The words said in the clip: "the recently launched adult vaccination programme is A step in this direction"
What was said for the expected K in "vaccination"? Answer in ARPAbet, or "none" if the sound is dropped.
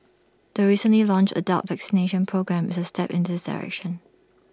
K